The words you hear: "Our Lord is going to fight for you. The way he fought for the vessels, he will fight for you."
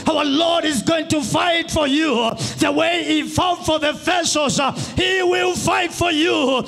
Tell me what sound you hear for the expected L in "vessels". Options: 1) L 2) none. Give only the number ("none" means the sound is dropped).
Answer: 2